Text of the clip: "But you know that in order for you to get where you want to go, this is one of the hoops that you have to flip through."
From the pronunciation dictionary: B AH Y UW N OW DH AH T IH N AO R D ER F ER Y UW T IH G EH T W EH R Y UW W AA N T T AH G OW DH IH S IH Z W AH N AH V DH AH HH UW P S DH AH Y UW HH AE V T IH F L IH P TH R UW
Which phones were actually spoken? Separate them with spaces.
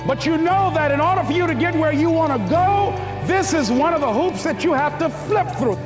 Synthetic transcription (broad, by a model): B AH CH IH N OW DH AH T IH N AO R D ER F ER Y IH T IH G EH T W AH R Y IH W AA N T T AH G OW DH IH S IH Z W AH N AH V DH AH HH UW P S DH AH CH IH HH AE F T IH F L IH P TH R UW